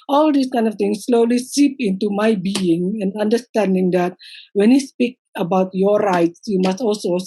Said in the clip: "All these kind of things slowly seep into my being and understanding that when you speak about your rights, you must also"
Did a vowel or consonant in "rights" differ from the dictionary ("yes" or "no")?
no